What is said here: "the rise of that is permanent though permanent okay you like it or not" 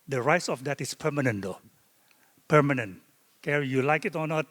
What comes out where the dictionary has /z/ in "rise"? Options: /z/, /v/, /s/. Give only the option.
/s/